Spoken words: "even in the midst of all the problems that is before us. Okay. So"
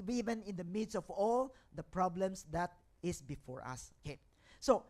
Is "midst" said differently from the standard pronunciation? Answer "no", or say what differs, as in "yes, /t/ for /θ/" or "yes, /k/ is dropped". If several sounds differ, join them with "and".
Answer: yes, /t/ is dropped